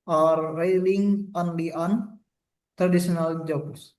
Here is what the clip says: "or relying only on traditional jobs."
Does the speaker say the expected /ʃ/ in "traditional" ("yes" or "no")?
no